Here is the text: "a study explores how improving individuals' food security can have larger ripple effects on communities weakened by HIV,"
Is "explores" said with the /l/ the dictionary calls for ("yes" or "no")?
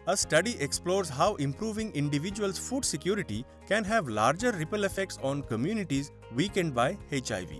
yes